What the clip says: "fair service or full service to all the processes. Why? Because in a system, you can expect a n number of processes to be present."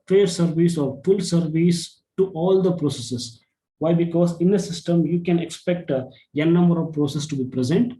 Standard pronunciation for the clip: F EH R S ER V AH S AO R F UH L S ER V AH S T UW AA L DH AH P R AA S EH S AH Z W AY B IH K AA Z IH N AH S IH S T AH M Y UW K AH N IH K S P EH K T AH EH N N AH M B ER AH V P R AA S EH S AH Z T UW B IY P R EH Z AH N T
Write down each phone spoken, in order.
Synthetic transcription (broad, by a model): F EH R S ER V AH S AO R F UH L S ER V AH S T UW AA L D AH P R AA S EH S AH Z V AY B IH K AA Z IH N AH S IH S T AH M Y UW K AH N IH K S P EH K T AH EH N N AH M B ER AH V P R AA S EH S T UW B IY P R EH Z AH N T